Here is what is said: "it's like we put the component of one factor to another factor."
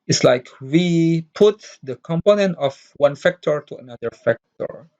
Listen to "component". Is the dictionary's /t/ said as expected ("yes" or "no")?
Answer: yes